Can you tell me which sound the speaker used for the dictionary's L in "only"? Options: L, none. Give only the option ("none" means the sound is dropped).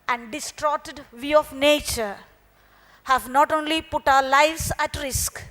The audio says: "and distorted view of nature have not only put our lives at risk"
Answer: L